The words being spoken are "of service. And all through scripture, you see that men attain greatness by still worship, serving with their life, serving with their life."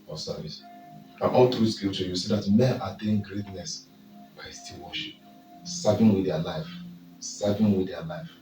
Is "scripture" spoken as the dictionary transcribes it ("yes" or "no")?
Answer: no